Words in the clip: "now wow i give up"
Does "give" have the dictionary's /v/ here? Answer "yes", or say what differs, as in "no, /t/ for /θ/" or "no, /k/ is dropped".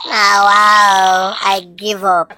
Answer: yes